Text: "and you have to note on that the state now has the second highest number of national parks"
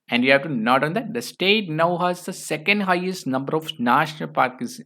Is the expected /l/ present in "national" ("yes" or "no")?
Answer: yes